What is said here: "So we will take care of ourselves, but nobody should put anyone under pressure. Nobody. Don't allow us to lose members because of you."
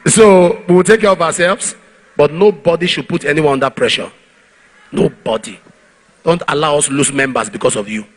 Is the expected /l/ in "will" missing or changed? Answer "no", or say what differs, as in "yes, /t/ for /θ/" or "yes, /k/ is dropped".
no